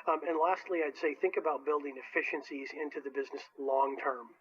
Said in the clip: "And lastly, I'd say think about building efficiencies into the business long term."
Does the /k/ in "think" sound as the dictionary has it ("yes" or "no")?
yes